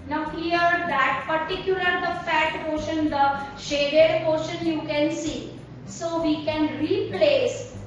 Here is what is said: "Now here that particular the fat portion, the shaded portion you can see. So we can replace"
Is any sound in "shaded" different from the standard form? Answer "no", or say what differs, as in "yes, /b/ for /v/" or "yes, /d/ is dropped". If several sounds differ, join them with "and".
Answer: no